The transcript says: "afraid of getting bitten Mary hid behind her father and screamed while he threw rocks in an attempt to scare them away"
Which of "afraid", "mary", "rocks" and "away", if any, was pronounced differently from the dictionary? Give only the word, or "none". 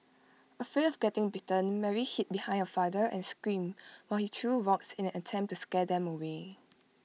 afraid